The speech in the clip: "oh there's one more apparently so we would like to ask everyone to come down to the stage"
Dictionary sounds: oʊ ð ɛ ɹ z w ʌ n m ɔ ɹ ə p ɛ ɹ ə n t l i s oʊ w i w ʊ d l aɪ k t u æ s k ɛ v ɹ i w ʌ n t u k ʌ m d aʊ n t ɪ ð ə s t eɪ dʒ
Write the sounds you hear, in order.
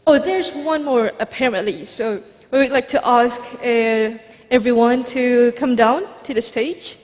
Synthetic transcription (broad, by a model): oʊ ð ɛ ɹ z w ʌ n m ɔ ɹ ə p ɛ ɹ ə n t l i s oʊ w i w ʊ d l aɪ k t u æ s k ɛ v ɹ i w ʌ n t u k ʌ m d aʊ n t ɪ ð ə s t eɪ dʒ